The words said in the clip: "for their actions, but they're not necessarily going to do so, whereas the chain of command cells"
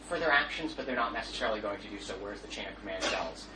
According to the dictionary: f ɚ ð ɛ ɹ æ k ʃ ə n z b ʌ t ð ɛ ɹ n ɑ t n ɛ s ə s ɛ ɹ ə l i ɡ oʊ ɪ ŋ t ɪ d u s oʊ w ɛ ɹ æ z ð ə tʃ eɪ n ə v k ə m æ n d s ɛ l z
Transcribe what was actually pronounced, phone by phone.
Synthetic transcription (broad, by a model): f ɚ ð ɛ ɹ æ k ʃ ə n z b ʌ t ð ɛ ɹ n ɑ t n ɛ s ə s ɛ ɹ l i ɡ oʊ ɪ ŋ t ɪ d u s oʊ w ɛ ɹ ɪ z ð ə tʃ eɪ n ə v k ə m æ n d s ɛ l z